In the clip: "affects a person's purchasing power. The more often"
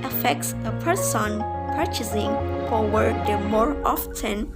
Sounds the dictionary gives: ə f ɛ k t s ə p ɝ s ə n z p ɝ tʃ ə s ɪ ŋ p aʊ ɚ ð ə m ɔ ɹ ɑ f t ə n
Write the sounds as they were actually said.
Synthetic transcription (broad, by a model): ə f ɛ k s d ə p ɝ s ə n p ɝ tʃ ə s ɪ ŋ f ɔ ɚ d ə m ɔ ɹ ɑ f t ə n